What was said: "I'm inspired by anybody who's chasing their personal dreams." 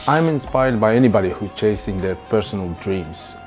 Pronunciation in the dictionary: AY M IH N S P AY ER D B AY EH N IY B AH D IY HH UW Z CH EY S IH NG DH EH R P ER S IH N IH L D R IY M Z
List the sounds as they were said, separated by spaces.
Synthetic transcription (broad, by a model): AY M IH N S P AY ER D B AY EH N IY B AH D IY HH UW CH EY S IH NG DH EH R P ER S IH N IH L D R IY M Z